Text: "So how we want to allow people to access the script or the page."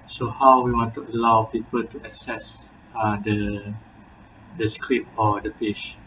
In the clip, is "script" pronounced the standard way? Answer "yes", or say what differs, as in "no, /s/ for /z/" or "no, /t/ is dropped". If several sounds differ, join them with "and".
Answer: no, /t/ is dropped